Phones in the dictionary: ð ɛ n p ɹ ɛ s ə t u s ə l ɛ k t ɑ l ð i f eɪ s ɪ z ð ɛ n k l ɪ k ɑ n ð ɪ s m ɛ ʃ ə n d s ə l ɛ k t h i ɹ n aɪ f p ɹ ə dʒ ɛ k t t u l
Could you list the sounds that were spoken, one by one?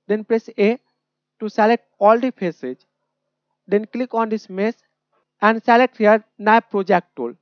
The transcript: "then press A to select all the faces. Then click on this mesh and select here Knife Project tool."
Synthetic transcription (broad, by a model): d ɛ n p ɹ ɛ s ə t u s ə l ɛ k t ɑ l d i p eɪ s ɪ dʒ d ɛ n k l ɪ k ɑ n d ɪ s m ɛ s ə n d s ə l ɛ k t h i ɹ n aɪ p ɹ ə dʒ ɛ k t t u l